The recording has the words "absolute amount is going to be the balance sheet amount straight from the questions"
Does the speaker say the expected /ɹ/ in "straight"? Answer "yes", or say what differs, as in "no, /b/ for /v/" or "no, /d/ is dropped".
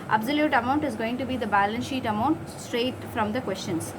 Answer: yes